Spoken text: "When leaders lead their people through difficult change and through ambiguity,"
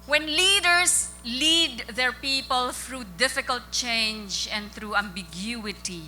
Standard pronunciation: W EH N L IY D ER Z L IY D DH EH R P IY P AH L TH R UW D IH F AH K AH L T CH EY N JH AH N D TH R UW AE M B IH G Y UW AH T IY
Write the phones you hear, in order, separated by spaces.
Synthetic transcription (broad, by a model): W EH N L IY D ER S L IY D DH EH R P IY P AH L TH R UW D IH F AH K AH L T CH EY N JH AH N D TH R UW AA M B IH G Y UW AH T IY